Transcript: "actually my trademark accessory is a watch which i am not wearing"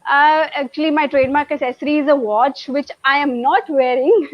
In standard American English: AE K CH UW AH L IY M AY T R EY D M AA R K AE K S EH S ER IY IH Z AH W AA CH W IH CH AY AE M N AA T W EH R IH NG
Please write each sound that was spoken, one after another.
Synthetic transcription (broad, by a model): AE K CH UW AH L IY M AY T R EY D M AA R K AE S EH S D IY IH Z AH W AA CH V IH CH AY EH M N AA T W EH R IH NG